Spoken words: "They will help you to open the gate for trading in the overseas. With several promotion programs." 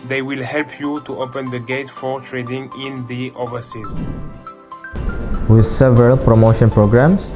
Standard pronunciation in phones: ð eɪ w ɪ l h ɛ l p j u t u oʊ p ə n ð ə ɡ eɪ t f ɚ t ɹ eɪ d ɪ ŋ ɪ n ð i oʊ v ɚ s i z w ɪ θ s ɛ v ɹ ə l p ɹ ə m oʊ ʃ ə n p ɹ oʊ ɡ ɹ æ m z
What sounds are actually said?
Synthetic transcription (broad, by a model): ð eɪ w ɪ l h ɛ l p j u t u oʊ p ə n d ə ɡ eɪ t f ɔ t ɹ eɪ d ɪ ŋ ɪ n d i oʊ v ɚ s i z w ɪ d s ɛ v ɹ ə l p ɹ ə m oʊ ʃ ə n p ɹ oʊ ɡ ɹ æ m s